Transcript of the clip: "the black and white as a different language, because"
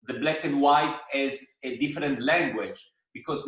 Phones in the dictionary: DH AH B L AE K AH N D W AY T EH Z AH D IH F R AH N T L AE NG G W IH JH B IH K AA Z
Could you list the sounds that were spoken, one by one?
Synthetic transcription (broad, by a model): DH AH B L AE K AH N D W AY T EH Z AH D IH F R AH N T L AE NG G W IH JH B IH K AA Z